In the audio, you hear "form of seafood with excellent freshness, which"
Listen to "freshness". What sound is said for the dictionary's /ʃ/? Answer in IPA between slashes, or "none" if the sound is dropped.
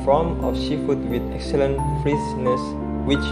/s/